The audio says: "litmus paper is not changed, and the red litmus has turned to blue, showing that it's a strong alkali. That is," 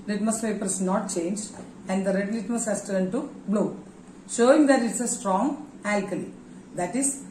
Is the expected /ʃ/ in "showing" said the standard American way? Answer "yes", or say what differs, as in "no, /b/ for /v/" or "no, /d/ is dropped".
yes